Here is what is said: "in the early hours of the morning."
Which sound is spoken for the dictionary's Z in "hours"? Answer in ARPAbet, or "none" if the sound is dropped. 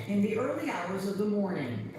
Z